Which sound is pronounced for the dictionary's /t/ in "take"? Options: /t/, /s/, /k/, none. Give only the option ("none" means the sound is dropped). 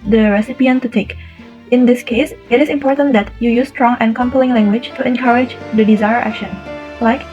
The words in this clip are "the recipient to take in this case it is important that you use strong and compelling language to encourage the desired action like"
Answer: /t/